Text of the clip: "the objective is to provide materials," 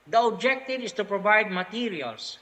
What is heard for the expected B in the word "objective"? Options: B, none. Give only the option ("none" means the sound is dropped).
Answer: B